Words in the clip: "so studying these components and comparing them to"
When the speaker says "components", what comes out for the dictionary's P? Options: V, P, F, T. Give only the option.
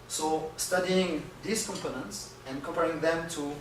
P